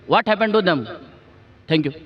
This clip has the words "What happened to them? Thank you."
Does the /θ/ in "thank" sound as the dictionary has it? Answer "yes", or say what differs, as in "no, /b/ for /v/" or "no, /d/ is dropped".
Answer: no, /t/ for /θ/